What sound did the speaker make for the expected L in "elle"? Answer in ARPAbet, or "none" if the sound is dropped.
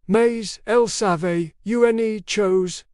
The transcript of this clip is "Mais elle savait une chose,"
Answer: L